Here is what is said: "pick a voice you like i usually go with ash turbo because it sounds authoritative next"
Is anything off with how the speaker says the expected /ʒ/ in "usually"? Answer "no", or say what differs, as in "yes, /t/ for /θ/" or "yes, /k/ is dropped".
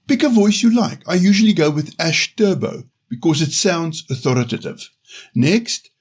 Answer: no